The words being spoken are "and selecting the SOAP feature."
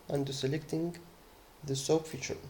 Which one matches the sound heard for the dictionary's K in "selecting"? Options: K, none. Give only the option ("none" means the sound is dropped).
K